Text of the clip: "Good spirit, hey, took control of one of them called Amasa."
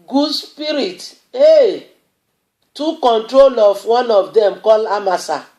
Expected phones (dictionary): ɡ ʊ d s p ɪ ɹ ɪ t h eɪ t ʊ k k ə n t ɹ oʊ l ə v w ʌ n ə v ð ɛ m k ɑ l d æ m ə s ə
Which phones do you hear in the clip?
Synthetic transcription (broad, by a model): ɡ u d s p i ɹ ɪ t eɪ t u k k ə n t ɹ oʊ l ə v w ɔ n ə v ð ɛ m k ɑ l ɑ m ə s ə